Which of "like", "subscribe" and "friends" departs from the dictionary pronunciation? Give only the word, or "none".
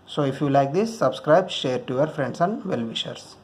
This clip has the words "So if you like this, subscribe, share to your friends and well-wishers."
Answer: friends